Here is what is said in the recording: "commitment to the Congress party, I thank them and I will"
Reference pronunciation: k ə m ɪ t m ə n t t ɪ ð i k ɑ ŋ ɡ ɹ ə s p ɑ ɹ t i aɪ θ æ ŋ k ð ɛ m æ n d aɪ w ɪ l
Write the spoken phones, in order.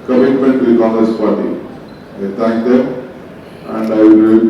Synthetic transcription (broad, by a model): k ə m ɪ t m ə n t t ɪ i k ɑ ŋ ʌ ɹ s p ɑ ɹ t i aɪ t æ ŋ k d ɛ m æ n d aɪ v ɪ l